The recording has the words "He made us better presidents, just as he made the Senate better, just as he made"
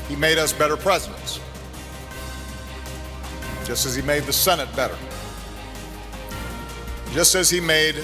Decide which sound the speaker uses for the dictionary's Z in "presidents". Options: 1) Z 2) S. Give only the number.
1